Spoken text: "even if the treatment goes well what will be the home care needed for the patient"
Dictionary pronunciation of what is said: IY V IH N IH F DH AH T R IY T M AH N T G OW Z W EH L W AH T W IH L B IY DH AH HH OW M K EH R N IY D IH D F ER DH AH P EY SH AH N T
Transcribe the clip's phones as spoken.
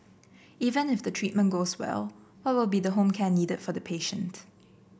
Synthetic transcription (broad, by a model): IY V IH N IH F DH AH T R IY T M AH N G OW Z W EH L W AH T W IH L B IY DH AH HH OW M K EH N IY D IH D F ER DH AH P EY SH AH N T